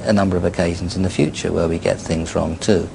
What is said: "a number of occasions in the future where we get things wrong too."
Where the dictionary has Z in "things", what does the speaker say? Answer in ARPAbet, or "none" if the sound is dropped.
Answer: Z